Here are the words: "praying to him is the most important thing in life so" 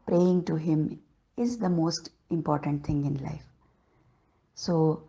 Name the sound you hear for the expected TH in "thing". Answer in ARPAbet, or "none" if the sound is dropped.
T